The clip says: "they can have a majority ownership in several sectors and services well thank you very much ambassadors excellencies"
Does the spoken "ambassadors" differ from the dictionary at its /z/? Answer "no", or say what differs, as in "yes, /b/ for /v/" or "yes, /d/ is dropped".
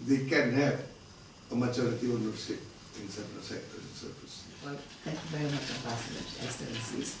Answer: yes, /z/ is dropped